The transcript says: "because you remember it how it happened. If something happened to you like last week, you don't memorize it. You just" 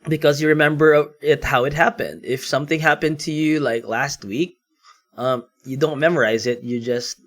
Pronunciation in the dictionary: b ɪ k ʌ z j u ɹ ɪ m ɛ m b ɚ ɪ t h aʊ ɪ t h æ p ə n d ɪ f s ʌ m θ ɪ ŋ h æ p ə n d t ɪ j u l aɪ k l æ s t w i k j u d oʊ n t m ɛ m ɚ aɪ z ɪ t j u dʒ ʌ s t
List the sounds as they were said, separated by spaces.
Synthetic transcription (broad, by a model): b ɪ k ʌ z j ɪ ɹ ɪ m ɛ m b ɚ ɪ t h aʊ ɪ t h æ p ə n d ɪ f s ʌ m θ ɪ ŋ h æ p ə n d t ɪ j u l aɪ k l æ s t w i k j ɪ d oʊ n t m ɛ m ɚ aɪ z ɪ t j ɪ dʒ ʌ s t